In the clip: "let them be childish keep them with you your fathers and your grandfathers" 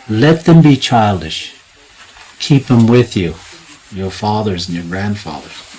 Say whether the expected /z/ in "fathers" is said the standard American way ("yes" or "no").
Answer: yes